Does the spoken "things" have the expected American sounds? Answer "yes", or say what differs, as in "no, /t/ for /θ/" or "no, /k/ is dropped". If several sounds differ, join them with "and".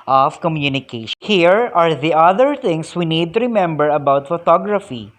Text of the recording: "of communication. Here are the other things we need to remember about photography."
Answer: no, /t/ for /θ/